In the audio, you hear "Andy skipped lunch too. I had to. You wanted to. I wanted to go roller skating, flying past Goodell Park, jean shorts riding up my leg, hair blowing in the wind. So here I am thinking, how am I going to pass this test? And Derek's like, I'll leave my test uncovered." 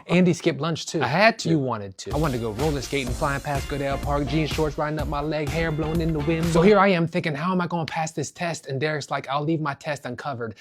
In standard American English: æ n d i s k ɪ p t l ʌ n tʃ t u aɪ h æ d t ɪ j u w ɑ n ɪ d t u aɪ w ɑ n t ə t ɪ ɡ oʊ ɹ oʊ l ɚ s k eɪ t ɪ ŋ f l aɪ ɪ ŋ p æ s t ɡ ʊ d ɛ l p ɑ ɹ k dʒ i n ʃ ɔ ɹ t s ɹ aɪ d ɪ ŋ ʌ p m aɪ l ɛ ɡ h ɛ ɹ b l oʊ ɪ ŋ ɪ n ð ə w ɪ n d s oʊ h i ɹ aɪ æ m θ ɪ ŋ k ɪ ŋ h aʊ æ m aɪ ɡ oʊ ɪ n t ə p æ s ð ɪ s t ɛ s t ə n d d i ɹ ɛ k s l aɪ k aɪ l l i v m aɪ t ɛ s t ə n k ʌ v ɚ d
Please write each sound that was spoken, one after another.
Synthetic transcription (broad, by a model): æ n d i s k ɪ p l ʌ n tʃ t u aɪ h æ d t ɪ w ɑ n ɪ d t u aɪ w ɑ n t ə t ɪ ɡ oʊ ɹ oʊ l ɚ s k eɪ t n f l aɪ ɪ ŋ p æ s ɡ ʊ d ɛ l p ɑ ɹ k dʒ i n ʃ ɔ ɹ t s ɹ aɪ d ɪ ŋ ʌ p m aɪ l ɛ ɡ h ɛ ɹ b l oʊ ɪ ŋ ɪ n ð ə w ɪ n s oʊ h i ɹ aɪ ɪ m θ ɪ ŋ k ɪ ŋ h aʊ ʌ m aɪ ɡ oʊ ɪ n p æ s ð ɪ s t ɛ s t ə n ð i ɹ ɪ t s l aɪ k aɪ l l i v m aɪ t ɛ s t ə n k ʌ v ɚ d